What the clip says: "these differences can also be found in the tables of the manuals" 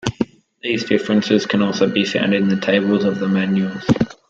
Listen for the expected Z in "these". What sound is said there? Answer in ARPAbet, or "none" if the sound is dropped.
Z